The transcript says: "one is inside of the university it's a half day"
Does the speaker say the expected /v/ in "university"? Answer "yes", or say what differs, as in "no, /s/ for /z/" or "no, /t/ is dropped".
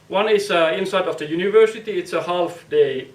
yes